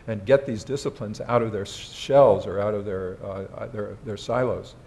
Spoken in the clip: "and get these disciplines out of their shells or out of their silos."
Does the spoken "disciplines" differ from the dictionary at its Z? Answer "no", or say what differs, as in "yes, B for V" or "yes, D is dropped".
no